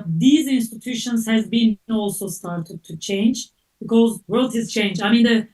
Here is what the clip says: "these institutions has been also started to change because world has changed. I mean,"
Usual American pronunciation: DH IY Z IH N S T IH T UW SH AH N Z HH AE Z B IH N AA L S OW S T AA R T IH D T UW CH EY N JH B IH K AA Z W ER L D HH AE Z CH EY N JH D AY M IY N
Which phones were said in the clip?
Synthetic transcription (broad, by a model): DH IY Z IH N S T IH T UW SH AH N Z HH AE Z B IH N AA L S OW S T AA R T IH D T UW CH EY N JH B IH K AA Z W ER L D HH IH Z CH EY N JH AY M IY N